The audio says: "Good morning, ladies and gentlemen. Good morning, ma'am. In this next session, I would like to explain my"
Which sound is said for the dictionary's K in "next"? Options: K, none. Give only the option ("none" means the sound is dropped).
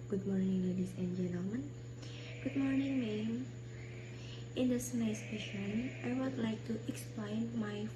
none